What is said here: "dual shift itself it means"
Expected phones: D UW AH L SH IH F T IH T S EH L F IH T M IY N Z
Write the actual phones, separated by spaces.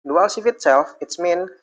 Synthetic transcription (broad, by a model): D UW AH L S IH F IH T S EH L F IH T M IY N